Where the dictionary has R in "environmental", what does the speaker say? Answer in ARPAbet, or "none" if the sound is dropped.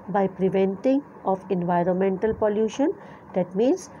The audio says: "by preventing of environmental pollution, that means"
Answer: R